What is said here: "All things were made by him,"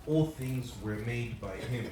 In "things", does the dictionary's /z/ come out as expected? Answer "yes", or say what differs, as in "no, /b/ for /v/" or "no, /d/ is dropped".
yes